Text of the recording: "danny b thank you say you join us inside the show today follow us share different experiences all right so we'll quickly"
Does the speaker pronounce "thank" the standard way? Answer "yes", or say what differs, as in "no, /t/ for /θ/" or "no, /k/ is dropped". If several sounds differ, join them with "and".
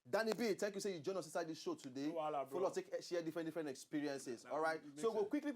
no, /t/ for /θ/